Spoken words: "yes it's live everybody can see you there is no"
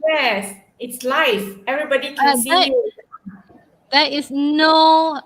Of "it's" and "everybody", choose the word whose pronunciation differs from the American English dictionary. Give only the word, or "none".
none